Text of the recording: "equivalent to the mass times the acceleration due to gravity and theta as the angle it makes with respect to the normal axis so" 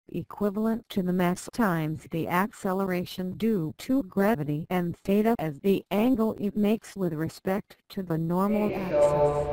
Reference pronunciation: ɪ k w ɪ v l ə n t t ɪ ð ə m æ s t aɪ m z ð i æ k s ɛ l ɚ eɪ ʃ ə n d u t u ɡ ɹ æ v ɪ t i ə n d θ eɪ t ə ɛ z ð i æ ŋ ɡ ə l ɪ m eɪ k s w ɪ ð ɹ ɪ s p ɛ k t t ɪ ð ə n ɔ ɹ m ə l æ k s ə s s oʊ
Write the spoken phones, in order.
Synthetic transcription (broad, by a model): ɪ k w ɪ v l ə n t t ɪ ð ə m æ s t aɪ m z ð i æ k s ɛ l ɚ eɪ ʃ ə n d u t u ɡ ɹ æ v ɪ t i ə n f eɪ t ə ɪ z ð i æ ŋ ɡ l ɪ m eɪ k s w ɪ ð ɹ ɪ s p ɛ k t t ɪ ð ə n ɔ ɹ m l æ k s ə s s